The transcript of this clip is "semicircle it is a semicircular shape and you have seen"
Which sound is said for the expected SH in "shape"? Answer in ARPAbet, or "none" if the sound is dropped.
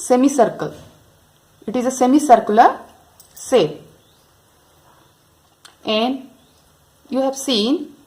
S